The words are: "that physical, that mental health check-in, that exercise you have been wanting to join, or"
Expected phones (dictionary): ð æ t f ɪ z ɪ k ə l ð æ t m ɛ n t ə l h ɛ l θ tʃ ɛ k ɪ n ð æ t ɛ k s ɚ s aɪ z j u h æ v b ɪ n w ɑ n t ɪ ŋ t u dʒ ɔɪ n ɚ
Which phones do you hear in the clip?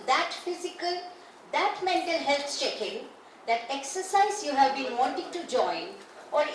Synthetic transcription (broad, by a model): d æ t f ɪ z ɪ k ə l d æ t m ɛ n t ə l h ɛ l s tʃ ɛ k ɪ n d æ t ɛ k s ɚ s aɪ z j u h æ v b ɪ n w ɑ n t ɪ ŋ t u dʒ ɔɪ n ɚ